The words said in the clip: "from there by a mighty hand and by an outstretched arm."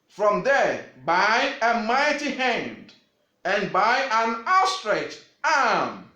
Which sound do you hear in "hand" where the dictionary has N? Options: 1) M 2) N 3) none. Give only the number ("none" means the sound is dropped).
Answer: 2